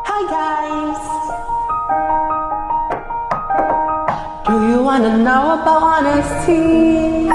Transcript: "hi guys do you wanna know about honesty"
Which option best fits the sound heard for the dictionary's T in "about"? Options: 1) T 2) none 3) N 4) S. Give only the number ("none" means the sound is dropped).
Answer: 2